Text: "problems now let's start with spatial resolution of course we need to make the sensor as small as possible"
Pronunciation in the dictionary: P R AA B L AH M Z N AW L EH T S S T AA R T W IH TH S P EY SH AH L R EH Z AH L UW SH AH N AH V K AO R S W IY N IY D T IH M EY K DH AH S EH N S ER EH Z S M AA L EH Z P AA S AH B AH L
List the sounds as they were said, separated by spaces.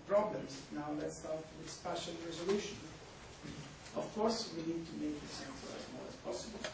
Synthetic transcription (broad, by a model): P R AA B L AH M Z N AW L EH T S S T AA R T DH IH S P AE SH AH N R EH Z AH L UW SH AH N AH V K AO R S W IY N IY D T IH M EY K DH AH S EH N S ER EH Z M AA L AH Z P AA S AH B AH L